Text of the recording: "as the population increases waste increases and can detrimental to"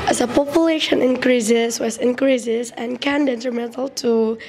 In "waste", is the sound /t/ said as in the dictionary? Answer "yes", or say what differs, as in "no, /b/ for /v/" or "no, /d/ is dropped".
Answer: no, /t/ is dropped